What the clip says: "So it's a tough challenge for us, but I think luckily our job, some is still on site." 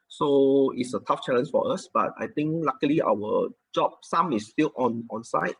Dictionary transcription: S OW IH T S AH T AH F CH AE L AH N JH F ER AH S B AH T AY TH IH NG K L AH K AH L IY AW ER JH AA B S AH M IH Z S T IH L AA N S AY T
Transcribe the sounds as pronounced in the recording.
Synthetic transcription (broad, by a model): S OW IH T S AH T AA F CH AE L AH N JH F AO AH S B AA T AY T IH NG K L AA K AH L IY AW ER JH AA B S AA M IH S T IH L AA N S AY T